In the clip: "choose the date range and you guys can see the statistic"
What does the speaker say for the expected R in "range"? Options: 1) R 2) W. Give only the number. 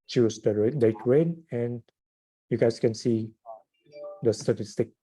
2